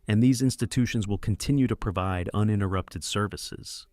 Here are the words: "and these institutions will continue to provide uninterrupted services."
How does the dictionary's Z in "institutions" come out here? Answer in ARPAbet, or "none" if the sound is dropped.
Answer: Z